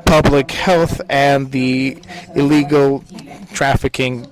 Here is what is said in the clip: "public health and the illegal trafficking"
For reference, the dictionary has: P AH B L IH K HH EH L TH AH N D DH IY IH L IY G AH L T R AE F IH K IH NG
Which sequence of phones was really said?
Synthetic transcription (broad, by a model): P AH B L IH K HH EH L TH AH N DH IY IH L IY G L T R AE F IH K IH NG